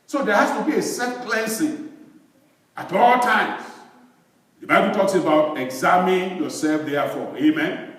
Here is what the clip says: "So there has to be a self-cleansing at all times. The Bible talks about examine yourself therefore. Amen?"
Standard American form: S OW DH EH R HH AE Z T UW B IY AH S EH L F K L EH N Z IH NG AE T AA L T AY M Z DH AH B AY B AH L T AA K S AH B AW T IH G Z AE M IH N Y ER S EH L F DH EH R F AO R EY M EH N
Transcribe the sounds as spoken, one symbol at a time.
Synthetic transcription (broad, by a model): S OW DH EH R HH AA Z T UW B IY AH S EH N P L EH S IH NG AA T AA L T AY M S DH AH B AY B AH L T AA K S AH B AW T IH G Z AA M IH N Y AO S EH L F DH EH F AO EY M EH N